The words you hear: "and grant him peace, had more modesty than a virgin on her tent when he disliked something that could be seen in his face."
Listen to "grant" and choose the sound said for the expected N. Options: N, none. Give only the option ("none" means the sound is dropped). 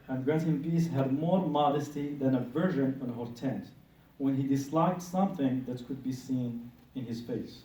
none